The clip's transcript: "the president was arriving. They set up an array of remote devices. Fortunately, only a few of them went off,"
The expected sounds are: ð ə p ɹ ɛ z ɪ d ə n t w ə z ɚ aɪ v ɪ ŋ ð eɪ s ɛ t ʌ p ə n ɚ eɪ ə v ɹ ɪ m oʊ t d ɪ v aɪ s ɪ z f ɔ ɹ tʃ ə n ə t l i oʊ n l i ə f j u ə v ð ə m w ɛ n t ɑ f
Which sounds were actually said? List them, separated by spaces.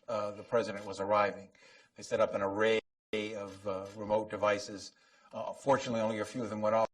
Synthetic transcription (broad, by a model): ð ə p ɹ ɛ z ɪ d ə n t w ə z ɚ aɪ v ɪ ŋ ð eɪ s ɛ t ʌ p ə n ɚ eɪ ə v ɹ ɪ m oʊ t d ɪ v aɪ s ɪ z f ɔ ɹ tʃ ə n ə t l i oʊ n l i ə f j u ə v ð ə m w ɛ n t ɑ